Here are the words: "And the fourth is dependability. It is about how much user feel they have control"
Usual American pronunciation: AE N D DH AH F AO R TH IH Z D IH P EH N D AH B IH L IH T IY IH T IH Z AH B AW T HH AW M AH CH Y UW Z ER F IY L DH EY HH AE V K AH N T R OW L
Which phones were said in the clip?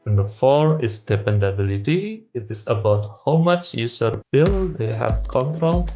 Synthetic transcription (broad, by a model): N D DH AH F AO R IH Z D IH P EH N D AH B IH L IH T IY IH T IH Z AH B AW T HH AW M AH CH Y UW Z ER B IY L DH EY HH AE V K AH N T R OW L